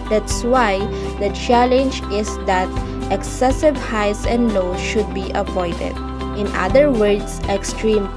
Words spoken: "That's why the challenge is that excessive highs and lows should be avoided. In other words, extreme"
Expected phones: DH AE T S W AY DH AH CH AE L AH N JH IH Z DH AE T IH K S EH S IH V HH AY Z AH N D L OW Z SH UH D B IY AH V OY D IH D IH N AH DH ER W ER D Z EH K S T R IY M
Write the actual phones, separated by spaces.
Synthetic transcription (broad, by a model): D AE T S W AY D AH CH AE L AH N JH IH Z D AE T IH K S EH S IH V HH AY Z AH N D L OW SH UH D B IY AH P OY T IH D IH N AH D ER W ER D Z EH K S T R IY M